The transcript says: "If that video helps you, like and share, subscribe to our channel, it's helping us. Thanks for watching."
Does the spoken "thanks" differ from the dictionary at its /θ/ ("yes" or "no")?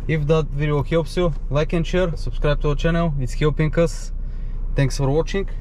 yes